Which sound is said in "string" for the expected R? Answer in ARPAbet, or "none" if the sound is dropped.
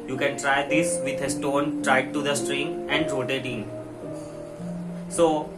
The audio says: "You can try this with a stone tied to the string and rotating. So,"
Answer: R